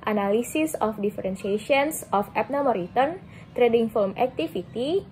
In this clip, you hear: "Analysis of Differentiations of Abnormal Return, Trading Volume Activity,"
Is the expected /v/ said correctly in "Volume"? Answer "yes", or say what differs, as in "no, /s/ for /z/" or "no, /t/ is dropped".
no, /f/ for /v/